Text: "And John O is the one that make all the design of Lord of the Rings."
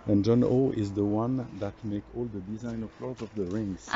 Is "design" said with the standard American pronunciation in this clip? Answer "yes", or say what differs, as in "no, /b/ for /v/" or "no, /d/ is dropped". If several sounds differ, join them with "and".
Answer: yes